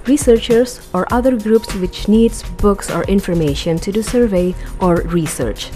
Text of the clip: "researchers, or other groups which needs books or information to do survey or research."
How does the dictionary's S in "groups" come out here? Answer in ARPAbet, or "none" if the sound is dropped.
S